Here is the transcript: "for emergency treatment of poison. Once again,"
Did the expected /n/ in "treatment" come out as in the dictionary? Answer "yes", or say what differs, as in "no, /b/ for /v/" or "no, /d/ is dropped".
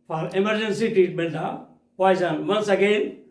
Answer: no, /l/ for /n/